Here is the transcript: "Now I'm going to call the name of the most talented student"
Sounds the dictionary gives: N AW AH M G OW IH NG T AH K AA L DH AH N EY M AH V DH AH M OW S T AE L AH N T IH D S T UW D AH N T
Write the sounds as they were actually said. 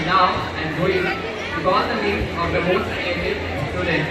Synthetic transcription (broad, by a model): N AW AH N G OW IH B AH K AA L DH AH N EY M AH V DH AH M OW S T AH T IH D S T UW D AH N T